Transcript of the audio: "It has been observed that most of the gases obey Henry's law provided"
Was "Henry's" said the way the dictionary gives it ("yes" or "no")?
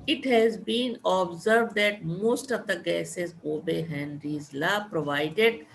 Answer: yes